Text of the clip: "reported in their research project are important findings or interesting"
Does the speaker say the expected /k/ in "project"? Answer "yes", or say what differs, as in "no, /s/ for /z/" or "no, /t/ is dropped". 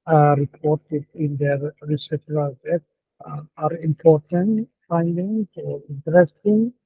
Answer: no, /k/ is dropped